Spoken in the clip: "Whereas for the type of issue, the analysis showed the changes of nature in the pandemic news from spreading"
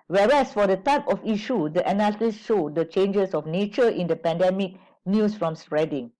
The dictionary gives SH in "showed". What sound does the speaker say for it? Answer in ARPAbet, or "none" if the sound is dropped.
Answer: SH